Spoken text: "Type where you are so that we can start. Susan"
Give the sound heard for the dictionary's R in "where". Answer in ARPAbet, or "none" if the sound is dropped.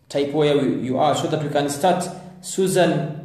W